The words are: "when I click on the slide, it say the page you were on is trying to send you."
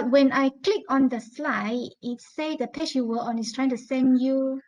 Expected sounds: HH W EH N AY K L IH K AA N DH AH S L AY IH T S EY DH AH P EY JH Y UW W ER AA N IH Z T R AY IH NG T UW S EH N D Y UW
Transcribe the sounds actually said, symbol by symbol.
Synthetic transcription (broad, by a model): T W EH N AY K L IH K AA N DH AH S L AY IH T S EY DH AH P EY SH Y UW W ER AA N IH S T R AY IH NG T UW S EH N D Y UW